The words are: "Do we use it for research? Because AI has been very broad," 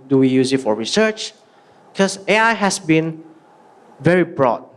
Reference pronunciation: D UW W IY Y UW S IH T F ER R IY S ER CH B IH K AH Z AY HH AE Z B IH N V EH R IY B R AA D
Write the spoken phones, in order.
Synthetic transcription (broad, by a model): D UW W IY Y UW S IH T F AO R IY S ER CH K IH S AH AY HH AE S B IH N V EH R IY B R AA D